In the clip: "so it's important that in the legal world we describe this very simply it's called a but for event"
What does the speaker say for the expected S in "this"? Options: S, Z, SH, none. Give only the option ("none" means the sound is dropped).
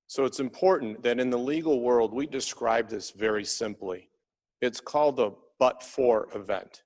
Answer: S